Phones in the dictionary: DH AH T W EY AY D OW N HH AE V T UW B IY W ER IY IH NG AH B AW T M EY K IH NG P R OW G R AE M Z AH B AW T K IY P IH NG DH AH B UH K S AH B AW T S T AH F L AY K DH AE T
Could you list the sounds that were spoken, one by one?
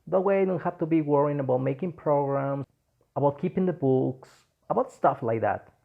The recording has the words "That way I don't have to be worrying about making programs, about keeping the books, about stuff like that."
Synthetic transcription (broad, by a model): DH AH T W EY AY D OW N HH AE F T UW B IY W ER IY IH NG AH B AW T M EY K IH NG P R OW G R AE M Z AH B AW T K IY P IH NG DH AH B UH K S AH B AW T S T AH F L AY K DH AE T